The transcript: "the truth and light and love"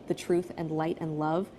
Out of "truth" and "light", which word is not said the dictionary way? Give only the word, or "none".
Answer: none